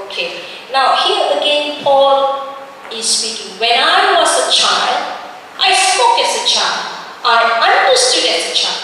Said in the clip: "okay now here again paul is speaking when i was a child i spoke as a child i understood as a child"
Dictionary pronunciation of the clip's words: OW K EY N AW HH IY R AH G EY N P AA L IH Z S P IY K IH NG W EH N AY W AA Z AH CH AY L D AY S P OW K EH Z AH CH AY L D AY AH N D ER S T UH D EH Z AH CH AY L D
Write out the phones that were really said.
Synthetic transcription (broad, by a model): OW K EY N AW HH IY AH AH G EY N P AA L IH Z S P IY K IH NG W EH N AY W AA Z AH CH AY L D AY S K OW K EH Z AH CH AY L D AY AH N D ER S T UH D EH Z AH CH AY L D